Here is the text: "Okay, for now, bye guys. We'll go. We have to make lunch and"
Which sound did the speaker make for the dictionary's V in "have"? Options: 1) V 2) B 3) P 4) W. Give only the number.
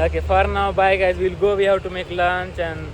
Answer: 4